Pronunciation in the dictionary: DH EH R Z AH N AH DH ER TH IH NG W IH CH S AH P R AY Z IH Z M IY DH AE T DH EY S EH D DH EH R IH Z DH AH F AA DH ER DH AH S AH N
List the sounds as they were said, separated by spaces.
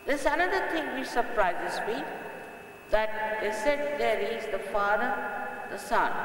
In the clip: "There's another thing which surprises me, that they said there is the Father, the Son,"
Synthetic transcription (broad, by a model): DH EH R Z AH N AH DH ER T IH NG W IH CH S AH P R AY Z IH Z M IY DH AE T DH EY S EH D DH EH R IH Z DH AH F AA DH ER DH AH S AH N